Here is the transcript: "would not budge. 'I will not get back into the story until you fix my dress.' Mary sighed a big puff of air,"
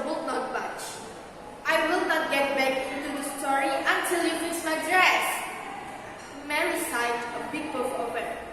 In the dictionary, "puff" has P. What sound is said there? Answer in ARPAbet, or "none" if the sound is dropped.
B